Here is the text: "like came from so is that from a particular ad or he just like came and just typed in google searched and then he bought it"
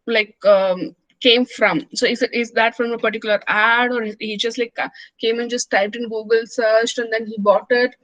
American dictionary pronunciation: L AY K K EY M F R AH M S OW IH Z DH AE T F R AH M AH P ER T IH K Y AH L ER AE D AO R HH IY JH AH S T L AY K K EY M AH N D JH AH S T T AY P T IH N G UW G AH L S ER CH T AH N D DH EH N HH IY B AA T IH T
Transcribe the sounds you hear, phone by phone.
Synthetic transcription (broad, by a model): L AY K K EY M F R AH M S OW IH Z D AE T F R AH M AH P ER T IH K Y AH L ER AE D AO R HH IY JH AH S T L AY K K EY M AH N JH AH S T T AY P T IH N G UW G AH L S ER CH T AH N D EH N HH IY B AA T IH T